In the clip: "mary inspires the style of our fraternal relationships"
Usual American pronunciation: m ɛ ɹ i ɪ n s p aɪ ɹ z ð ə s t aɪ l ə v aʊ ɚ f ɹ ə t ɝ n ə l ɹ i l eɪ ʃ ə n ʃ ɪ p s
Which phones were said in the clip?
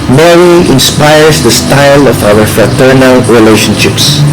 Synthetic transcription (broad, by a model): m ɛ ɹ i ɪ n s p aɪ ɹ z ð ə s t aɪ l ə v aʊ ɚ f ɹ ə t ɝ n ə l ɹ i l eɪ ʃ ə n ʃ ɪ p s